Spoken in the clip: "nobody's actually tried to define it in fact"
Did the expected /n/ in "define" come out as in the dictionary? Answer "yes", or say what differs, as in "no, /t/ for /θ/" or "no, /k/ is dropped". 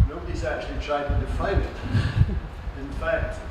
no, /n/ is dropped